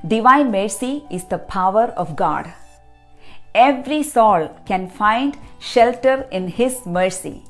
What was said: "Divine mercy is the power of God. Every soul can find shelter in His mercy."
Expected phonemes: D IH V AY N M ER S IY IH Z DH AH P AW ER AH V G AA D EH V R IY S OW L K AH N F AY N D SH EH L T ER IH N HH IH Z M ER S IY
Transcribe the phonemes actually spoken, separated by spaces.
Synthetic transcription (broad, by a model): D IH V AY N M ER S IY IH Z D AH P AW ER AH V G AA D EH V R IY S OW L K AH N F AY N D SH EH L T ER IH N HH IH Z M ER S IY